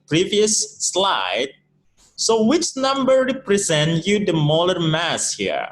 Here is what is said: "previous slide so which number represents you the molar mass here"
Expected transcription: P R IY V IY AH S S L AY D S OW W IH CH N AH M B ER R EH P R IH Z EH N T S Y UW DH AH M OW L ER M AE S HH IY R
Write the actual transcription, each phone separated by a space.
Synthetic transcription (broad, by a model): P R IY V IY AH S S L AY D S OW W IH CH N AH M B ER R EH P R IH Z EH N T Y UW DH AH M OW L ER M AE S HH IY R